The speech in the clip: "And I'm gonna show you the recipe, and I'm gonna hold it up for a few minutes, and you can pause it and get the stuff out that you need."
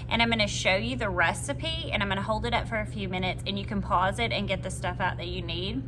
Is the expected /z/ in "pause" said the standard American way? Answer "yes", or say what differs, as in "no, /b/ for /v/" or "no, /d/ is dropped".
yes